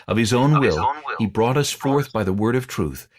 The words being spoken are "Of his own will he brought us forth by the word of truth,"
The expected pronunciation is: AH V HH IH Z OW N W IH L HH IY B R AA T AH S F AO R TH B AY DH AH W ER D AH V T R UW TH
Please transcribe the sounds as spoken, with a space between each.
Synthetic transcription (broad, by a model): AH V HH IH Z OW N W IH L HH IY B R AA T AH S F AO R TH B AY DH AH W ER D AH V T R UW TH